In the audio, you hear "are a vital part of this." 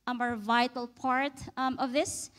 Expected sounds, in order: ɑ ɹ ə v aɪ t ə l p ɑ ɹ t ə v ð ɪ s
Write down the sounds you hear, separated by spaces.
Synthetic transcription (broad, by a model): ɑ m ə v aɪ t ə l p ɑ ɹ t ə v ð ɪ s